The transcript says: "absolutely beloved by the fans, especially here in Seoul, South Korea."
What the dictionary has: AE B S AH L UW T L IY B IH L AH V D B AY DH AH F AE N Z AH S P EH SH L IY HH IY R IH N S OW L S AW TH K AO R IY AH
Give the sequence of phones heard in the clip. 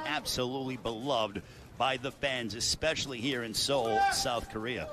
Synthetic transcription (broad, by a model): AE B S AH L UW T L IY B IH L AH V D B AY DH AH F AE N Z AH S P EH SH L IY HH IY R IH N S OW L S AW TH K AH R IY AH